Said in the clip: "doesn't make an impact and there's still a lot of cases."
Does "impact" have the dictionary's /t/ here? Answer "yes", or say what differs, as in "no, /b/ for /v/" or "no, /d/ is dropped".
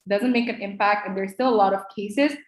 yes